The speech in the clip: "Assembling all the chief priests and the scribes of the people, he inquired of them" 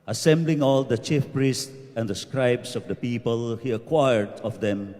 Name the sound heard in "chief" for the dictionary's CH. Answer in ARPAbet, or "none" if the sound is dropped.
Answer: CH